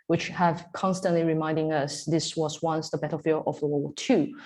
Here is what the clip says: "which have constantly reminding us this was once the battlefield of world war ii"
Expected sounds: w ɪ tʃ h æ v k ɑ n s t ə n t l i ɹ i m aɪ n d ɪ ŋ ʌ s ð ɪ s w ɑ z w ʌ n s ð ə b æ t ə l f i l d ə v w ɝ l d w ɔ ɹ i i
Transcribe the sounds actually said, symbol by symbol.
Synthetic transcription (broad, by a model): w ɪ tʃ h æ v k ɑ n s t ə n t l i ɹ i m aɪ n d ɪ ŋ ʌ s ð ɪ s w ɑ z w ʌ n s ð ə b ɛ t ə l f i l ə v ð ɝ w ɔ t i